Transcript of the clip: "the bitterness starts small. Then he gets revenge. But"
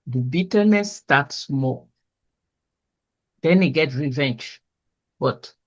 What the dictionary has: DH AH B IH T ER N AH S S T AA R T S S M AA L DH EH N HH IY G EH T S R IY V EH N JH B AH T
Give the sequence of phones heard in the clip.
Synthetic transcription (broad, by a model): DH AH B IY T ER N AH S S T AA T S S M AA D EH N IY G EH T R IY V EH N JH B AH T